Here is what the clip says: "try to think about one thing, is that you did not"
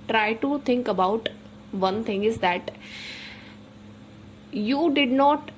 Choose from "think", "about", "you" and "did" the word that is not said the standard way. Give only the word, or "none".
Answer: think